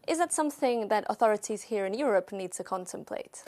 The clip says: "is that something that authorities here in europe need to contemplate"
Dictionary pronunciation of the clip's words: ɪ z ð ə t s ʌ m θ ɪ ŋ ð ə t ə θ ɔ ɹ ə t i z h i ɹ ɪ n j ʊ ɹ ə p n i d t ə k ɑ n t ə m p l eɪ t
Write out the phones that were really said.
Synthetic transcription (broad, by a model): ɪ z ð ə t s ʌ m θ ɪ ŋ ð ə t ə θ ɔ ɹ ə t i z h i ɹ ɪ n j ʊ ɹ ə p n i d t ə k ɑ n t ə m p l eɪ t